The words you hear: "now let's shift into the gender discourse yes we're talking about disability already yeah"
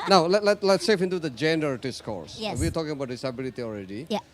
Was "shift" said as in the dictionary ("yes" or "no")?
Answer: no